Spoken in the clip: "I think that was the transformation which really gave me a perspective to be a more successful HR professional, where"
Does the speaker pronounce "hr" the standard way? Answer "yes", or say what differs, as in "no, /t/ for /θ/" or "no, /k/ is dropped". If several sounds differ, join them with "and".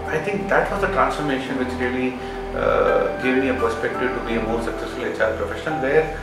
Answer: no, /l/ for /ɹ/